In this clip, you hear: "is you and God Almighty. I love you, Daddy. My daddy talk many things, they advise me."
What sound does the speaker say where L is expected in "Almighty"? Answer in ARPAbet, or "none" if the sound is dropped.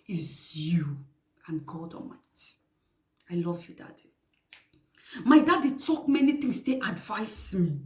none